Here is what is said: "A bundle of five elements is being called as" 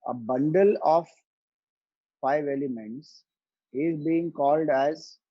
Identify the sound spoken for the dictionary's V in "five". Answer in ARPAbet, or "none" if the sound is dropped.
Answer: V